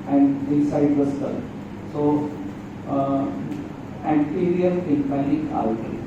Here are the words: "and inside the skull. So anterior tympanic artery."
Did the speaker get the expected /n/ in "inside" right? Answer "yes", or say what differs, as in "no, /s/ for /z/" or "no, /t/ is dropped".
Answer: no, /n/ is dropped